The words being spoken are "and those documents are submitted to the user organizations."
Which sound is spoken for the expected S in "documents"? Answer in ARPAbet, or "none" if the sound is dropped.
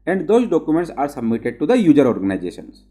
S